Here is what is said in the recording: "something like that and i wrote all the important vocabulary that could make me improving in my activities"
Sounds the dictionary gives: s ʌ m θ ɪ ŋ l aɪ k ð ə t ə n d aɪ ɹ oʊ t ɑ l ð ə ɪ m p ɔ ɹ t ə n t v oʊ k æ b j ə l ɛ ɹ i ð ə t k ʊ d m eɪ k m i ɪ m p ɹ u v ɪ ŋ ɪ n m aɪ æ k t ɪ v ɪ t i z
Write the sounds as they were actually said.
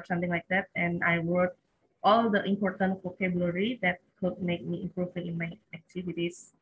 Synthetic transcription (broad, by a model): s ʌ m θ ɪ ŋ l aɪ k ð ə t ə n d aɪ w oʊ t ɑ l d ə ɪ m p ɔ ɹ t ə n t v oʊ k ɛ b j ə l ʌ ɹ i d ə t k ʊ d m eɪ k m i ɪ m p ɹ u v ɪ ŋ ɪ n m aɪ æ k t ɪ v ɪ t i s